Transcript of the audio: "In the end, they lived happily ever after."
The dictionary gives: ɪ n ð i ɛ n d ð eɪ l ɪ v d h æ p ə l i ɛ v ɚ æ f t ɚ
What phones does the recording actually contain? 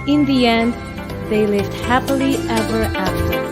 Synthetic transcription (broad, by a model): ɪ n ð i ɛ n d ð eɪ l ɪ v d h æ p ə l i ɛ v ɚ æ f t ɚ